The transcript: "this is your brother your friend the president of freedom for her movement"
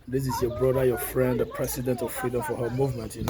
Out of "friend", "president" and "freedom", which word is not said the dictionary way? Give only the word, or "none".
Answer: president